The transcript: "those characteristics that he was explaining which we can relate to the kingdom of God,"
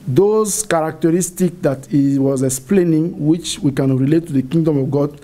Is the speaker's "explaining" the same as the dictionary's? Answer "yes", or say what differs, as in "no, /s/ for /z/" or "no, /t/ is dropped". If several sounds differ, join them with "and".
yes